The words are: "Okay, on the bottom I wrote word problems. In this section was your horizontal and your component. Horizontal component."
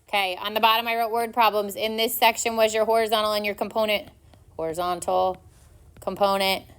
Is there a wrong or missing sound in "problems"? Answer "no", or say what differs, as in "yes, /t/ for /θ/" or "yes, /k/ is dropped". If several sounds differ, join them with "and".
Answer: no